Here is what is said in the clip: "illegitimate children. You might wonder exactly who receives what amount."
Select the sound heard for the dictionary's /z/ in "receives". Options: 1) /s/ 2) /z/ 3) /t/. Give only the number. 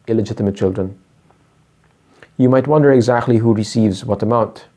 2